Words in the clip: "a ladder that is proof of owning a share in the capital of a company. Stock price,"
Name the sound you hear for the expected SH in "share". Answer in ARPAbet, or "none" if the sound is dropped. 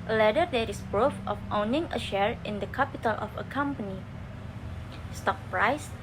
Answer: SH